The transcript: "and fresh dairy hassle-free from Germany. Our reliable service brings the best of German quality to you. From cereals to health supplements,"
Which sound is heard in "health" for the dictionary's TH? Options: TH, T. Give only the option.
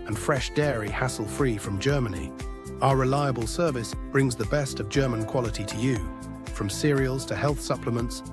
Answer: TH